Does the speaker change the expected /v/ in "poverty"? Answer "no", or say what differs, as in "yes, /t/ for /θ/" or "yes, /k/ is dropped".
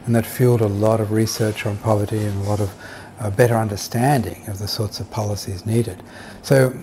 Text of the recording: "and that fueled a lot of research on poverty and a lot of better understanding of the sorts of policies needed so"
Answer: no